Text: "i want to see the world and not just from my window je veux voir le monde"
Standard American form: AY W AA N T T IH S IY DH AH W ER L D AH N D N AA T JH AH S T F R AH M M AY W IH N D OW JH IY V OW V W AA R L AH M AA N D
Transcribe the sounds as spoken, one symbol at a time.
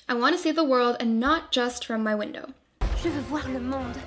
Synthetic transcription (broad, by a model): AY W AA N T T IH S IY DH AH W ER L D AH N N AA T JH AH S T F R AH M M AY W IH N D OW ZH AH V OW V W AA R L AH M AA D